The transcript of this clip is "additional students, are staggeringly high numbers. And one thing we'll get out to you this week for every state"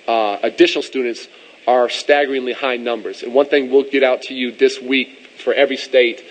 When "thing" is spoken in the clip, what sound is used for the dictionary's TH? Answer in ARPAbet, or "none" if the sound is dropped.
TH